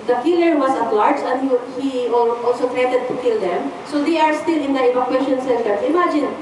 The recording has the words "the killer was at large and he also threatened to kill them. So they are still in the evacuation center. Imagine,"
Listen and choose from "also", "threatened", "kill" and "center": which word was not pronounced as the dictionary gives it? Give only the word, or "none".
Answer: threatened